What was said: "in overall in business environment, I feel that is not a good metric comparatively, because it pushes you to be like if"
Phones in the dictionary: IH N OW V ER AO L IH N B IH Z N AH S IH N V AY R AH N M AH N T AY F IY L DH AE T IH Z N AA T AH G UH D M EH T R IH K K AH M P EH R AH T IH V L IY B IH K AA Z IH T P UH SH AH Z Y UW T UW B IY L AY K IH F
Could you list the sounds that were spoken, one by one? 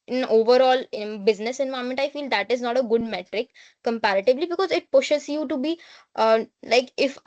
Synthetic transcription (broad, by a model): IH N OW V ER AO L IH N B IH Z N AH S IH N V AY AH M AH N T AY F IY L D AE T IH Z N AA T AH G UH D M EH T R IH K K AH M P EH R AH T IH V L IY B IH K AA Z IH T P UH SH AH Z Y UW T UW B IY L AY K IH F